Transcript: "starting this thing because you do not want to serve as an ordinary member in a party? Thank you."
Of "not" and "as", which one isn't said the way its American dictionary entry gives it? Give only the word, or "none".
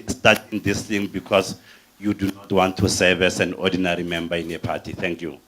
as